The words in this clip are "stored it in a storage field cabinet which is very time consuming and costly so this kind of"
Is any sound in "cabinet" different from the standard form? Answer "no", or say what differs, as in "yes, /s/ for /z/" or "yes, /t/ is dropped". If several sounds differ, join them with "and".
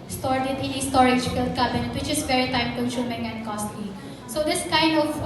yes, /n/ is dropped